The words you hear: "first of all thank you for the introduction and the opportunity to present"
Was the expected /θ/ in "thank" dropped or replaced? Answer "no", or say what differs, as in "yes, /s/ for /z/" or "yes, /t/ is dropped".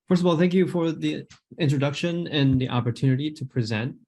no